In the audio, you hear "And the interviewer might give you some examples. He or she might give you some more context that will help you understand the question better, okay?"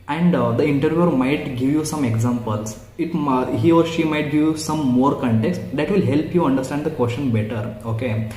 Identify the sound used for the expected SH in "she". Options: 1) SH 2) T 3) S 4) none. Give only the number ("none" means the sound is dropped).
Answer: 1